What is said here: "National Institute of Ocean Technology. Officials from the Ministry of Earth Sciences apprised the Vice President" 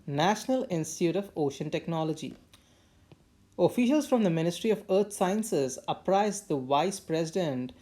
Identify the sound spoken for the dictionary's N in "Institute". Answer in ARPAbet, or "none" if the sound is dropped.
N